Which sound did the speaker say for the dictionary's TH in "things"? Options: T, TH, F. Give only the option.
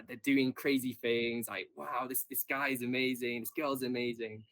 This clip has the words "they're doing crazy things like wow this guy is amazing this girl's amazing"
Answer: TH